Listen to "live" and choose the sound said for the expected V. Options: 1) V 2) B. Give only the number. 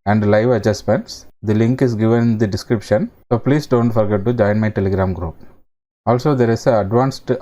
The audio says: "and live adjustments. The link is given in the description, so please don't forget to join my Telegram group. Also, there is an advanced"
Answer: 1